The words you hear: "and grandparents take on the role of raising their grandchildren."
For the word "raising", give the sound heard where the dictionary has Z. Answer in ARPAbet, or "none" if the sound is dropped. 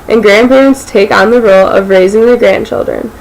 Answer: Z